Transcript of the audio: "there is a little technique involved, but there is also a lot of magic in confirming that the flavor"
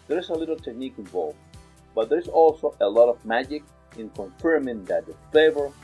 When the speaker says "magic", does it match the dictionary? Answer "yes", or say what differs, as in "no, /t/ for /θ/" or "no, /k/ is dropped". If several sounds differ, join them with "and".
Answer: yes